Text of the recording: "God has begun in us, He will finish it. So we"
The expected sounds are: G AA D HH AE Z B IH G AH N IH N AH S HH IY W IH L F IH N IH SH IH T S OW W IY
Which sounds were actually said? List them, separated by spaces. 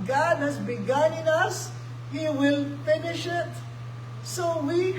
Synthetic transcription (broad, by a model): G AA D HH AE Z B IH G AH N IH N AH S HH IY W IH L F IH N IH SH IH T S OW W IY